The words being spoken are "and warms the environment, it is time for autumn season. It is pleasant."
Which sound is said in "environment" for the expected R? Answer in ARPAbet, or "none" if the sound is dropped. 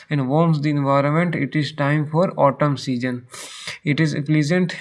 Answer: R